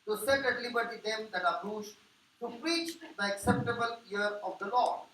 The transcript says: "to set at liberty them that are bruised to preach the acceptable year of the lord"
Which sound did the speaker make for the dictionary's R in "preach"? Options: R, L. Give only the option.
R